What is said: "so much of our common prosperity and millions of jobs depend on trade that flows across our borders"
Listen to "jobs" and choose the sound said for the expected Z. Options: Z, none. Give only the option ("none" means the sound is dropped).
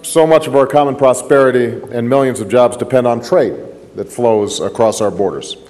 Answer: Z